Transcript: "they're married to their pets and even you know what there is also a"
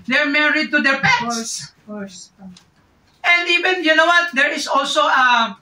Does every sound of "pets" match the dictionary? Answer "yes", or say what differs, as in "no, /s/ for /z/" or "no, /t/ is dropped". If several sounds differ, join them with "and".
no, /s/ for /t/